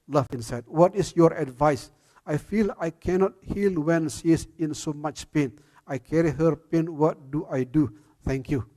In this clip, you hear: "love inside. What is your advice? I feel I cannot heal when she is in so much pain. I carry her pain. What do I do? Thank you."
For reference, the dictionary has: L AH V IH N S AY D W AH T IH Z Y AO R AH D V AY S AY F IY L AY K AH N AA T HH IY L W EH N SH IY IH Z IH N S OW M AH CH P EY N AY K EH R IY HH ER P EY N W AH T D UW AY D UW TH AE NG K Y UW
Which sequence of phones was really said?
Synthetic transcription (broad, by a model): L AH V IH N S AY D W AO T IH S Y AO R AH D V AY S AY F IY L AY K AH N AA T HH IY L W EH N S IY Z IH N S OW M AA CH P EY N AY K EH R IY HH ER P EY N W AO T D UW AY D UW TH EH NG K Y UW